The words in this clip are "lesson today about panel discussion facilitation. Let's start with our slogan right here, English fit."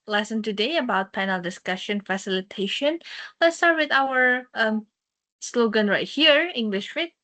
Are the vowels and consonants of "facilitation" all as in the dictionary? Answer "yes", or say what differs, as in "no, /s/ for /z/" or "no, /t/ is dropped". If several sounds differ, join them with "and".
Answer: yes